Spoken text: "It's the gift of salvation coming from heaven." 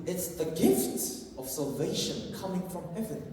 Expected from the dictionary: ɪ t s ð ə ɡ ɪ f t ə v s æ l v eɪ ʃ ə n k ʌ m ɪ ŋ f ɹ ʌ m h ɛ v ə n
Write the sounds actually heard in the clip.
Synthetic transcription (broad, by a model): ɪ t s ð ə ɡ ɪ f t ə v s æ l v eɪ ʃ ə n k ʌ m ɪ ŋ f ɹ ʌ m h ɛ v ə n